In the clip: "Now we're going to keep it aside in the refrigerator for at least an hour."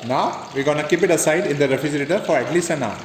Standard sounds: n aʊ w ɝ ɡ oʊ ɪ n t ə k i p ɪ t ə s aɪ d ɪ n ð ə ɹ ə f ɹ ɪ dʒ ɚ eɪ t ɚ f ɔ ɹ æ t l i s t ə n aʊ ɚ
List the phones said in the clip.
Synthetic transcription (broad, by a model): n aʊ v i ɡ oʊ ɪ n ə k i p ɪ t ə s aɪ d ɪ n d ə ɹ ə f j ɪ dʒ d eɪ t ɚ f ɔ ɹ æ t l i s ə n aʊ